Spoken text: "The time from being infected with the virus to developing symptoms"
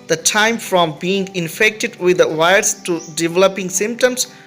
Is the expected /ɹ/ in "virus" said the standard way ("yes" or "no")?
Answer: no